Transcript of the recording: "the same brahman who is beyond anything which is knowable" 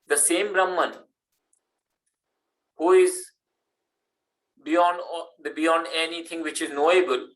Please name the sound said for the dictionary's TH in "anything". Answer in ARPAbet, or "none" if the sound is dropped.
T